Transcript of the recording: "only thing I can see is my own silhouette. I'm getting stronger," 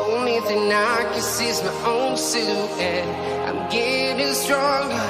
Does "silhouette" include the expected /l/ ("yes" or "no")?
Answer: no